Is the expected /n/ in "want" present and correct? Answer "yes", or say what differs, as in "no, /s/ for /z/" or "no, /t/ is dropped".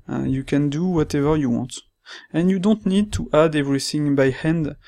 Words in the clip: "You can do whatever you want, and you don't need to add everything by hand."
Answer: yes